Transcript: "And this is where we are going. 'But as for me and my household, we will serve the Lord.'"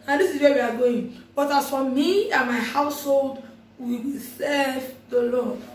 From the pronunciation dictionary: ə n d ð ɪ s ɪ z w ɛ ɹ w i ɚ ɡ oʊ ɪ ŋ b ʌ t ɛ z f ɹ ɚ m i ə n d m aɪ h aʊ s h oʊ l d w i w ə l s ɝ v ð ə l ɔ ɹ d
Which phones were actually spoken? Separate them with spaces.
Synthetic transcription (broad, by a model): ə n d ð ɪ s ɪ z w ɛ w i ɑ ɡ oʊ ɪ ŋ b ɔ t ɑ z f ɹ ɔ m i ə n m aɪ h aʊ s h oʊ l d w i w ə l s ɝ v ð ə l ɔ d